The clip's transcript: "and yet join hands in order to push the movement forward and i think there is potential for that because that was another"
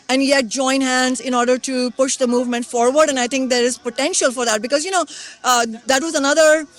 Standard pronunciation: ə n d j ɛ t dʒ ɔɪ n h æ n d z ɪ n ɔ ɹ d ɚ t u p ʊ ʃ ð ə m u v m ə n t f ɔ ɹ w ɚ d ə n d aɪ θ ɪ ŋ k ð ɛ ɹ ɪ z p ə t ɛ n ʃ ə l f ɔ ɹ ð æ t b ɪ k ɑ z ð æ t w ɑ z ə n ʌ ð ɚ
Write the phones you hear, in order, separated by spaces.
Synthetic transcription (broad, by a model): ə n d j ɛ t dʒ ɔɪ n h æ n d z ɪ n ɔ ɹ d ɚ t u p ʊ ʃ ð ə m u v m ə n t f ɔ ɹ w ɚ d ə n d aɪ t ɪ ŋ k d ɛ ɹ ɪ z p ə t ɛ n ʃ ə l f ɔ ɹ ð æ t b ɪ k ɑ z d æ t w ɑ z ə n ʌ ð ɚ